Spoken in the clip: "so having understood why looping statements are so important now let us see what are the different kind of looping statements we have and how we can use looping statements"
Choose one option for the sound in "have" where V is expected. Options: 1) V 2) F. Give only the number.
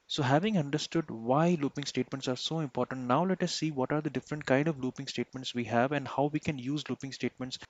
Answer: 1